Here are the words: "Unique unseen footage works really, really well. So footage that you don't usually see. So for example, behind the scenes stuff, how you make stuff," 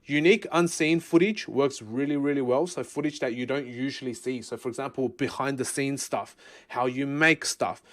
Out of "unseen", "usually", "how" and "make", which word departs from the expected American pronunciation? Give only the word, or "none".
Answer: none